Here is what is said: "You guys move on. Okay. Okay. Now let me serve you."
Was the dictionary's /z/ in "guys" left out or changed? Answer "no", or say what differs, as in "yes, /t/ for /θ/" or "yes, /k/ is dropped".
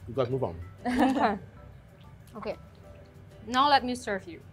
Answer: yes, /z/ is dropped